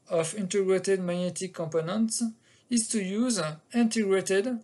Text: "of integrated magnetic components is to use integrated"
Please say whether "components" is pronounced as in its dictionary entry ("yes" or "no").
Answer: yes